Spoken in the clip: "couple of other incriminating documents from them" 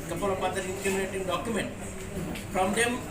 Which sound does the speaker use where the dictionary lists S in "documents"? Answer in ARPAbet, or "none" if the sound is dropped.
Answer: none